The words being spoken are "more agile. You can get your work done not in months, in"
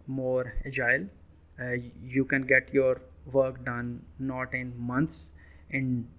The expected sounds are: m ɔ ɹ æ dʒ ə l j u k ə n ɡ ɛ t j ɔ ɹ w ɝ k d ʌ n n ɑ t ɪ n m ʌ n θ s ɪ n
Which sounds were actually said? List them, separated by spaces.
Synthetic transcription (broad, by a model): m ɔ ɹ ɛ dʒ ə l j u k ə n ɡ ɛ t j ɔ ɹ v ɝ k d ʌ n n ɑ t ɪ n m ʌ n t s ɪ n